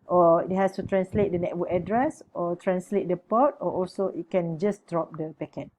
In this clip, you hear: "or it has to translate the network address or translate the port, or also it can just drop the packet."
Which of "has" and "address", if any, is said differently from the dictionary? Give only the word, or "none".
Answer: has